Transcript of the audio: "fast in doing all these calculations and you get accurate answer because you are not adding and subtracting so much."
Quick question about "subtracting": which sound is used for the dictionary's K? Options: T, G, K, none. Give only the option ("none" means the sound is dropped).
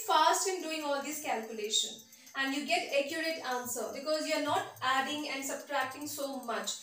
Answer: K